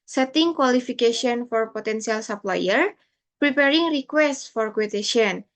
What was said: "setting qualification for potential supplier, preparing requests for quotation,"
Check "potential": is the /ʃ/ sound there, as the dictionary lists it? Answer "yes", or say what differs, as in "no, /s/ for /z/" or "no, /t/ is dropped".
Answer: no, /s/ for /ʃ/